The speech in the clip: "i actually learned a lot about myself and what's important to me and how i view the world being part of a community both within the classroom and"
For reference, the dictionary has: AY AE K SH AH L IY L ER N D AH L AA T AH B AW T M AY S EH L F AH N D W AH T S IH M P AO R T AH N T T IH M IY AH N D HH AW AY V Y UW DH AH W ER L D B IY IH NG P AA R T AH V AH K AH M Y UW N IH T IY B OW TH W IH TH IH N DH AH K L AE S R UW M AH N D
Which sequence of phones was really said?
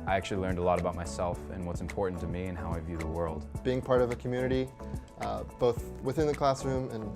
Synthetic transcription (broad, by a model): AY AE K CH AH L IY L ER N D AH L AA T AH B AW T M AY S EH L F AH N W AH T S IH M P AO R T N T T IH M IY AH N HH AW AY V Y UW DH AH W ER L D B IY IH NG P AA R T AH V AH K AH M Y UW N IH T IY B OW TH W IH TH IH N DH AH K L AE S R UW M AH N